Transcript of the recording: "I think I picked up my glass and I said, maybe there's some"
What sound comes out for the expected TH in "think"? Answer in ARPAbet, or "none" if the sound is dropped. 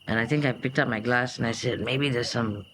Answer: T